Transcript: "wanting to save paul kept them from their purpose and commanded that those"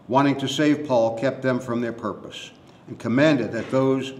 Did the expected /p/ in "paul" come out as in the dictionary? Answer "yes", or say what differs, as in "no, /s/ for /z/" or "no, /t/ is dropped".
yes